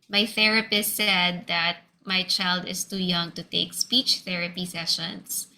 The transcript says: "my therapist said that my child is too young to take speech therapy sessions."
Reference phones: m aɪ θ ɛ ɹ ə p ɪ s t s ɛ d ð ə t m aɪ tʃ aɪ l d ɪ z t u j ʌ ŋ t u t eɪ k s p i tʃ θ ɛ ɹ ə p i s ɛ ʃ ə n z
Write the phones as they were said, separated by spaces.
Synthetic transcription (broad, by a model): m aɪ θ ɛ ɹ ə p ɪ s t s ɛ d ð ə t m aɪ tʃ aɪ l d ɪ s t u j ʌ ŋ t u t eɪ k s p i tʃ θ ɛ ɹ ə p i s ɛ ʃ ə n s